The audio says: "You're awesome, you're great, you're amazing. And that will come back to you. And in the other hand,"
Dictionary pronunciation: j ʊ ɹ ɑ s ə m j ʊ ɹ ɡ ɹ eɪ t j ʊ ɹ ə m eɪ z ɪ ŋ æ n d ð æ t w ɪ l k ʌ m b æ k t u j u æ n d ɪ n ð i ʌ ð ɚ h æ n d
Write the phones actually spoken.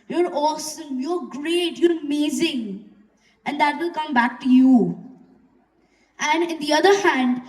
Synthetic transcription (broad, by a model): j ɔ ɹ ɑ s ə m j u ɹ ɡ ɹ eɪ t j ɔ ɹ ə m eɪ z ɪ ŋ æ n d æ t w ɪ l k ʌ m b æ k t u j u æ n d ɪ n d i ʌ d ɚ h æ n d